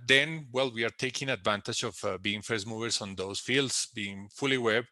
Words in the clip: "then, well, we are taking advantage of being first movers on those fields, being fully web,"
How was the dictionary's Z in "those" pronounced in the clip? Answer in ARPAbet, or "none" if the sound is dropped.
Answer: S